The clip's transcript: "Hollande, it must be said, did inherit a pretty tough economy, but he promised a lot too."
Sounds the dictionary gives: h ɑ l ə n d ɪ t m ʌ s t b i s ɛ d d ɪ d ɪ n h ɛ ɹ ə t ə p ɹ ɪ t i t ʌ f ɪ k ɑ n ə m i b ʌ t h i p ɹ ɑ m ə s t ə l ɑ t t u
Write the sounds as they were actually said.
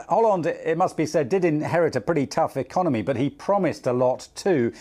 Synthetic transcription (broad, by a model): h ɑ l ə n d ɪ t m ʌ s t b i s ɛ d d ɪ d ɪ n h ɛ ɹ ə t ə p ɹ ɪ t i t ʌ f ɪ k ɑ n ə m i b ʌ t h i p ɹ ɑ m ə s t ə l ɑ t t u